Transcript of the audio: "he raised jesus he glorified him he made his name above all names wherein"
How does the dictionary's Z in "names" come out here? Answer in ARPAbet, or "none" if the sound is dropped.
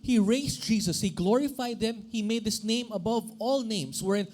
S